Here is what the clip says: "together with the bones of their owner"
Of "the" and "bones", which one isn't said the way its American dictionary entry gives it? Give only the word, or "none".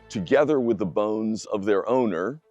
none